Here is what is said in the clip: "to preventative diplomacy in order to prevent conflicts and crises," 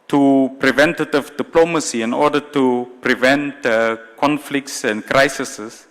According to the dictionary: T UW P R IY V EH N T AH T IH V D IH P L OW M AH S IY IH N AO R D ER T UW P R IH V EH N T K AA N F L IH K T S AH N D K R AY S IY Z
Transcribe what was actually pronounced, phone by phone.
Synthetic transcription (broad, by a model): T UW P R IY V EH N T AH T IH V D IH P L OW M AH S IY IH N AO D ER T UW P R IH V EH N T K AA N F L IH K T S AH N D K R AY S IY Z